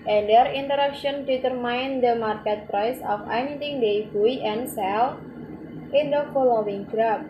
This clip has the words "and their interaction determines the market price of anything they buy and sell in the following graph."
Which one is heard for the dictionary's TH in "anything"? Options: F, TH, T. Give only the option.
T